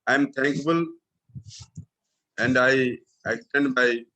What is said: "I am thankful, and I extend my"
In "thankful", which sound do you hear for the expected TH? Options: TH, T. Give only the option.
T